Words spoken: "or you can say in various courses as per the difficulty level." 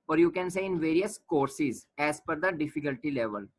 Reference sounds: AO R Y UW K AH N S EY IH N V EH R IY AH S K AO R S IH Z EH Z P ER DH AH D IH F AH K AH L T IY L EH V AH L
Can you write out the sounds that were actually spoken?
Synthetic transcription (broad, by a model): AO R Y UW K AH N S EY IH N V EH R IY AH S K AO R S IH Z EH Z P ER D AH D IH F AH K AH L T IY L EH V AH L